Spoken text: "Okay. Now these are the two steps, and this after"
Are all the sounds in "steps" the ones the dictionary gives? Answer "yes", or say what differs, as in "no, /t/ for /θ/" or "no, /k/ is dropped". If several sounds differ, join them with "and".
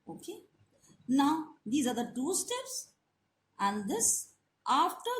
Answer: yes